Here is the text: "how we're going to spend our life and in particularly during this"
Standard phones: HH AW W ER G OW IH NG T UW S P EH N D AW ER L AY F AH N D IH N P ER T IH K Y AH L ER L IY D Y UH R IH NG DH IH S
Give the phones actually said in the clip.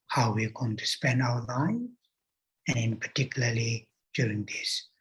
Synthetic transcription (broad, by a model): HH AW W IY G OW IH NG T UW S P EH N D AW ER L AY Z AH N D IH N P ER T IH K Y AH L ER L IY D Y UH R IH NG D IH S